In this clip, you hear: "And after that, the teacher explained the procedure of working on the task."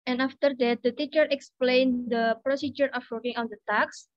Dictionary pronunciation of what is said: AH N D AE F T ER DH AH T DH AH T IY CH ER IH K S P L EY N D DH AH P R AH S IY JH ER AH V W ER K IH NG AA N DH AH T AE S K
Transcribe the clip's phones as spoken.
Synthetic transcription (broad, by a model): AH N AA F T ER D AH T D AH T IY CH ER IH K S P L EY N D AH P R AH S IY JH ER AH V W ER K IH NG AA N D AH T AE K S